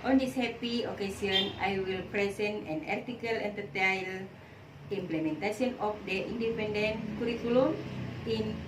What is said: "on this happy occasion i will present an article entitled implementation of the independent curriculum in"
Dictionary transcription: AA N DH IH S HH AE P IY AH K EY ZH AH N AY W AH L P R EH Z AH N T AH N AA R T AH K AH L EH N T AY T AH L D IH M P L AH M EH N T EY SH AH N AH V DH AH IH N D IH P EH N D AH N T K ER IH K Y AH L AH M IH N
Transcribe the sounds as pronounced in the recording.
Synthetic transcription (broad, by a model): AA N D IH S HH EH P IY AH K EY S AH N AY W AH L P R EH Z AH N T AH N AA R T AH K AH L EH N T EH T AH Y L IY M P L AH M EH N T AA S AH N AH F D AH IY N D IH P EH N D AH N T K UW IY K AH L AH M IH N